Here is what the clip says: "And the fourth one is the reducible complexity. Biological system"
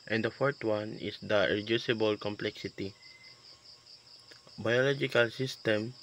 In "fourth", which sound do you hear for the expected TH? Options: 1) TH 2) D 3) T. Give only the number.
3